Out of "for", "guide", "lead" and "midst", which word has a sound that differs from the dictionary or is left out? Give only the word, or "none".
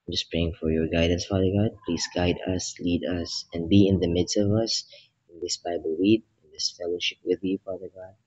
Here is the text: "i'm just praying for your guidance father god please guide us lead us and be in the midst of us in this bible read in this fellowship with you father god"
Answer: none